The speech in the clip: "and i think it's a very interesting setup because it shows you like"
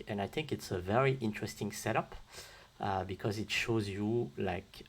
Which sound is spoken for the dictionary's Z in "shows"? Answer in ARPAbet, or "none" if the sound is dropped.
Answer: Z